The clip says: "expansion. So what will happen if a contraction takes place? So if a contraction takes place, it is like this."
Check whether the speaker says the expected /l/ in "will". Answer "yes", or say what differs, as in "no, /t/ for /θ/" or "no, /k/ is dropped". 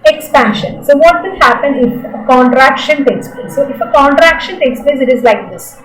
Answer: no, /n/ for /l/